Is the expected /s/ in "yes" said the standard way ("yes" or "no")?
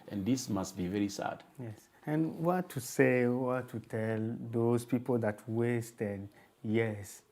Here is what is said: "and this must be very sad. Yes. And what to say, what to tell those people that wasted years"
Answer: yes